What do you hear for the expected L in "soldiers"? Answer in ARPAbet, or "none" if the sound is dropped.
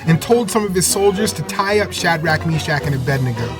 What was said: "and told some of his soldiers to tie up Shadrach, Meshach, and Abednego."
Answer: L